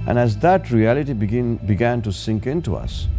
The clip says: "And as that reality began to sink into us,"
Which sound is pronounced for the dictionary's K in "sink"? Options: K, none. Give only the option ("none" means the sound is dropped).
K